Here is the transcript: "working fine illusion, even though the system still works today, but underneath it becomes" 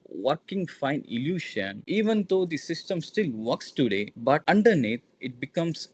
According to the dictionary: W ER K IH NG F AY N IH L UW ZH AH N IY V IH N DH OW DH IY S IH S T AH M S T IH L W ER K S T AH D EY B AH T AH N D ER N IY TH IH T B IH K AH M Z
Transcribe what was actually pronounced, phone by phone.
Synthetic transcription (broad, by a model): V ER K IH NG F AY N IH L UW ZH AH N IY V IH N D OW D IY S IH S T AH M S T IH L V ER K S T AH D EY B AH T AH N D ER N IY T IH T B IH K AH M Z